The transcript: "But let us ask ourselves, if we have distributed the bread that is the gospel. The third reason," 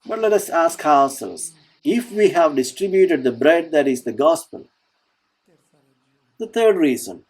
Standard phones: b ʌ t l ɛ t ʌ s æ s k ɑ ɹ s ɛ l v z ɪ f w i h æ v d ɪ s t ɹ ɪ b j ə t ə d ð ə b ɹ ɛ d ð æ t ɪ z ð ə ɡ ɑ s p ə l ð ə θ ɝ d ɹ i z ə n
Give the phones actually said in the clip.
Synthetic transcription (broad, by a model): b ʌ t l ɛ t ʌ s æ s k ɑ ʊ s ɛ l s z ɪ f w i h æ v d ɪ s t ɹ ɪ b j ə t ə d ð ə b ɹ ɛ d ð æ t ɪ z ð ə ɡ ɑ s p ə l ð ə t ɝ d ɹ i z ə n